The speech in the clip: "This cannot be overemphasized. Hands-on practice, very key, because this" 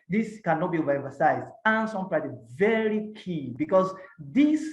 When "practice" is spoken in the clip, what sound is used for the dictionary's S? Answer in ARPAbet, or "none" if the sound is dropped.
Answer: none